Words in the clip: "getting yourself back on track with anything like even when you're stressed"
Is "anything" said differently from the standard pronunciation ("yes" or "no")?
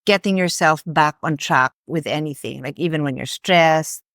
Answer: no